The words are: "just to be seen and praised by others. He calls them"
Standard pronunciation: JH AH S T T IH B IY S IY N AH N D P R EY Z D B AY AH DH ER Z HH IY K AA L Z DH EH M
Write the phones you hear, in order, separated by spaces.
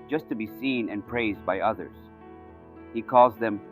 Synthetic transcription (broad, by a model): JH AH S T T IH B IY S IY N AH N P R EY Z D B AY AH DH ER Z HH IY K AA L Z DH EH M